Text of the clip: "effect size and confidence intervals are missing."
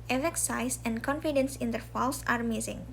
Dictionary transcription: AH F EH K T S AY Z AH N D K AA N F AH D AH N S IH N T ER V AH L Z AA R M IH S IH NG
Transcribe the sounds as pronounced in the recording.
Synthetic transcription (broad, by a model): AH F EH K S AY S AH N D K AA N F AH D AH N S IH N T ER F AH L S AA R M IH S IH NG